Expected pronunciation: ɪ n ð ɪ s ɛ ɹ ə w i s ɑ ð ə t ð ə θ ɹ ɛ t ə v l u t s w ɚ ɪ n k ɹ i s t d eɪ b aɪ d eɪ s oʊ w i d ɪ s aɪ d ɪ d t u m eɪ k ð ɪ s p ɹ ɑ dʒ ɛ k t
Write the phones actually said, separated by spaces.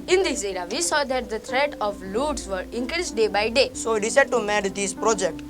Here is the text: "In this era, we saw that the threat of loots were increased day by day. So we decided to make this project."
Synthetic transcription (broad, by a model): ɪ n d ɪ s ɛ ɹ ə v i s ɑ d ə t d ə t ɹ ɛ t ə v l u t s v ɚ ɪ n k ɹ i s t d eɪ b aɪ d eɪ s oʊ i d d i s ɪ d t u m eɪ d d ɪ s p ɹ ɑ dʒ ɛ k t